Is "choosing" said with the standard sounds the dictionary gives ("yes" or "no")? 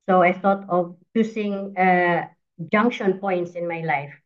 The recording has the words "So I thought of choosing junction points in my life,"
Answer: no